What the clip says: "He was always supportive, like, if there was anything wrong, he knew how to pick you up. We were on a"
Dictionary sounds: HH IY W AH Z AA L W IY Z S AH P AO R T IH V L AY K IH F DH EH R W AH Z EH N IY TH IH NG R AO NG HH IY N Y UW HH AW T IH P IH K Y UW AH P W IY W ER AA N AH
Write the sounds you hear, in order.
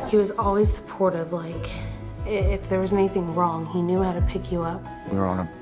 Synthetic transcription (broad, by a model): HH IY W AH Z AA L W IY Z S AH P AO R T IH V L AY K IH F DH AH R W AH Z EH N IY TH IH NG R AO NG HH IY N Y UW HH AW T IH P IH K Y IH AH P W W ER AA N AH